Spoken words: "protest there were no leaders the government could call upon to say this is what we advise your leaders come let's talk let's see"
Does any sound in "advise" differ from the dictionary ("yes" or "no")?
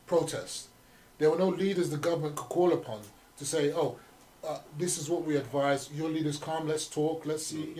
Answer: no